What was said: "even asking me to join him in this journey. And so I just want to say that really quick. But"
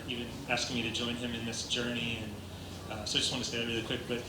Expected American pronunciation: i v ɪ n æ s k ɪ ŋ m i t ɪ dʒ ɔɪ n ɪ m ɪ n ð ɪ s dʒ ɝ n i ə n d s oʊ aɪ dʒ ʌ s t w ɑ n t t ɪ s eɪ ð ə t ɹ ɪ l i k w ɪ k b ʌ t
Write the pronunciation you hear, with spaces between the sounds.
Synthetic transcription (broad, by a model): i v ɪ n æ s k ɪ ŋ m i t ɪ dʒ ɔɪ n ɪ m ɪ n ð ɪ s dʒ ɝ n i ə n s oʊ aɪ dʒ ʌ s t w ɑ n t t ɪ s eɪ ð ə t ɹ ɪ l i k w ɪ k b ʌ t